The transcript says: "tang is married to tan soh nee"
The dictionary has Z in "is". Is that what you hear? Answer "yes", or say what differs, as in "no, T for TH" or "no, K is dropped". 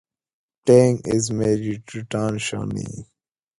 yes